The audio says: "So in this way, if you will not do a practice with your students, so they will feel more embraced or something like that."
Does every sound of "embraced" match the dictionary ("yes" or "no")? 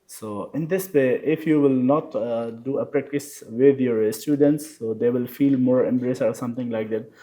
no